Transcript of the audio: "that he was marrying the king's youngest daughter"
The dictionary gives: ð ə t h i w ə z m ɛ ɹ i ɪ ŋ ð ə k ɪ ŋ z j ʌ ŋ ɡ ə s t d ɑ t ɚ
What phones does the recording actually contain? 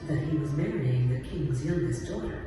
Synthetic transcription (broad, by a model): ð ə t h i w ə z m ɛ ɹ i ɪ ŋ ð ə k ɪ ŋ z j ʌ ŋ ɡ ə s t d ɑ t ɚ